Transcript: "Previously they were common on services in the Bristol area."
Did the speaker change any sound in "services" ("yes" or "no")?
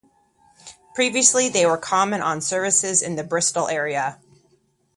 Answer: no